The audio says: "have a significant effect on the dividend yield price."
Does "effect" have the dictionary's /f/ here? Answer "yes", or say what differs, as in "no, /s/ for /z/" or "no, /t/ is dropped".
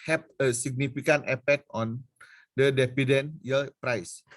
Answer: no, /p/ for /f/